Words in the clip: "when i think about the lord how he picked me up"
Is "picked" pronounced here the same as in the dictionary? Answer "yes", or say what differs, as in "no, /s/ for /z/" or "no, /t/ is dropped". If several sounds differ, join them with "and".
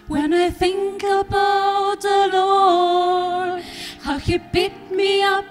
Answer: no, /b/ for /p/ and /k/ is dropped